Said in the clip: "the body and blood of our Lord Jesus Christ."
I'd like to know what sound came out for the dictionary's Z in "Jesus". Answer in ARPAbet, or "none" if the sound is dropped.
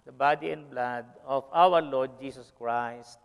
S